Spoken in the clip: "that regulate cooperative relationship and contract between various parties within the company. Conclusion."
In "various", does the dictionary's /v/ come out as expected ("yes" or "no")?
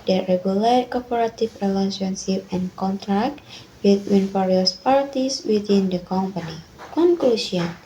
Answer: no